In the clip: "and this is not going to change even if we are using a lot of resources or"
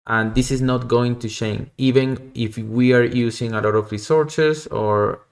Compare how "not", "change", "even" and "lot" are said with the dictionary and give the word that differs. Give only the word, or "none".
change